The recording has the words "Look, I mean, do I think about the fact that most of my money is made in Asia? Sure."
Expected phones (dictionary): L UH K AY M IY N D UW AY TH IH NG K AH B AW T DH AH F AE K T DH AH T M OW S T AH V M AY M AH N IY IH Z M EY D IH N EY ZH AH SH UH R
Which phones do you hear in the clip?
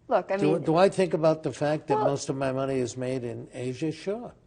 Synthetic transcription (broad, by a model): L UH K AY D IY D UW AY TH IH NG K AH B AW T DH AH F AE K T DH AH T M OW S T AH V M AY M AH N IY IH Z M EY D IH N EY ZH AH SH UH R